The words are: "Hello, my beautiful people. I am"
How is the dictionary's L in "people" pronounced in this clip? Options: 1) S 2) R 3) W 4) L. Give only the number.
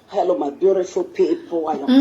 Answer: 3